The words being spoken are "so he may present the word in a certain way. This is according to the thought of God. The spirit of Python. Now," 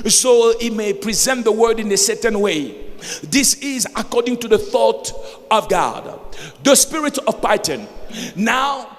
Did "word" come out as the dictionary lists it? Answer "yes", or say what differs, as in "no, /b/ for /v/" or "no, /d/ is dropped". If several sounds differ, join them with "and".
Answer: yes